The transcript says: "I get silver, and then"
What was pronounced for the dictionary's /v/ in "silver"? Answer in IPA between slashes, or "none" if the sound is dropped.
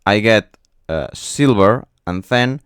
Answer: /b/